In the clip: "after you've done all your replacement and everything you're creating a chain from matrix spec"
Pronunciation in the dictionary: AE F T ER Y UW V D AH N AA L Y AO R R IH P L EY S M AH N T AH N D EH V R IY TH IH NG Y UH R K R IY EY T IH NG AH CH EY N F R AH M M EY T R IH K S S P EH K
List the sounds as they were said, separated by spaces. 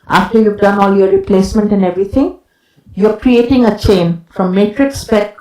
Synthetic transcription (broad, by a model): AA F T ER Y UW V D AH N AA L Y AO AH R IH P L EY S M AH N T AH N D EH V R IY T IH NG Y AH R K R IY EY T IH NG AH CH EY N F R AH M M EY T R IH K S S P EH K